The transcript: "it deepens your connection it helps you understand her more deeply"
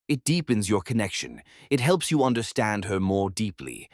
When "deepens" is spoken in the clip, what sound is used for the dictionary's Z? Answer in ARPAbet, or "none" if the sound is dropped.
Z